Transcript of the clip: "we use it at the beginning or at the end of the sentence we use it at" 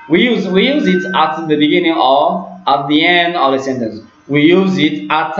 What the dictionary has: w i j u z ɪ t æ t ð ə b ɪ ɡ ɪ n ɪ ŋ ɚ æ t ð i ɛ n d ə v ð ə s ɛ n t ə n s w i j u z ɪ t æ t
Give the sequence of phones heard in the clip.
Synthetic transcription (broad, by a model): w i j u z ɪ t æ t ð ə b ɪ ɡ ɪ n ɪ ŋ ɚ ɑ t ð i ɛ n d ə v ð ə s ɛ n t ə n s w i j u z ɪ t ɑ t